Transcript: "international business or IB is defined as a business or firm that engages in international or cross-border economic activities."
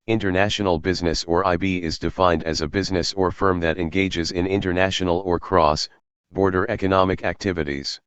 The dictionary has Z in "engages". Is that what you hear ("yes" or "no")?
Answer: yes